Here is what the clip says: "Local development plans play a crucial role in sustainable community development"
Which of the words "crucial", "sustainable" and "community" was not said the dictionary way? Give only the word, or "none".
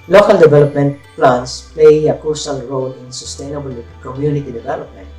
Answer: crucial